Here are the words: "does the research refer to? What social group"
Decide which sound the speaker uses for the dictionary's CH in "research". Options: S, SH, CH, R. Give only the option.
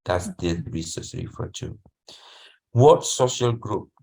S